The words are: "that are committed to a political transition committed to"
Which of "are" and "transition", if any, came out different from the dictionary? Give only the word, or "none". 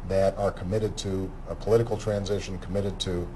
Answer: none